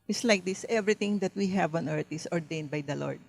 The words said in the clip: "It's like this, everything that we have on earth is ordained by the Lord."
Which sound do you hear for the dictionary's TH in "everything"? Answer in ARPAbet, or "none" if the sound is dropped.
T